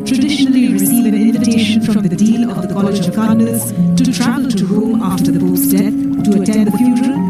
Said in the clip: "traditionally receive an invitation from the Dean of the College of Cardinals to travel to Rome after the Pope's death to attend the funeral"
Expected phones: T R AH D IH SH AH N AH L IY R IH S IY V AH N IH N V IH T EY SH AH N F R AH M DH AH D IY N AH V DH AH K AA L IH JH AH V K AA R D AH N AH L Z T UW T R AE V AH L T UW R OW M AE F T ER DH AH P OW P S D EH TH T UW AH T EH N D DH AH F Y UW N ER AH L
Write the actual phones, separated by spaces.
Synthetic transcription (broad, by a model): T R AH D IH SH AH N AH L IY R IH S IY V AH N IH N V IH T EY SH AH N F R AH M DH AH D IY L AH V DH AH K AA L IH JH AH V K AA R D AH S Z T UW T R AE V AH L T UW R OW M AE F T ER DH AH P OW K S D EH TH T UW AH T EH N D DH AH F Y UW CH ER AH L